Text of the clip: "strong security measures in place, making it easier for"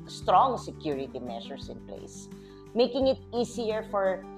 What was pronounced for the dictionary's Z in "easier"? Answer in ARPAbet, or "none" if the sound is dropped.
S